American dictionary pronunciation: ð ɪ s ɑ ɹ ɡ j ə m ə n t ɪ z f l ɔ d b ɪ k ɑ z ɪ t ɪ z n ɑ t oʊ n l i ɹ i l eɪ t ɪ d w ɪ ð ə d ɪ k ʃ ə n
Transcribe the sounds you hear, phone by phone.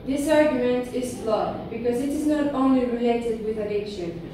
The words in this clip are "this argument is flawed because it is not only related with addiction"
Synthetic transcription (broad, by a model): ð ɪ s ɑ ɹ ɡ j ə m ə n t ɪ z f l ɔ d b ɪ k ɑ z ɪ t ɪ z n ɑ t oʊ n l i ɹ i l eɪ t ɪ d w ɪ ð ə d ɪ k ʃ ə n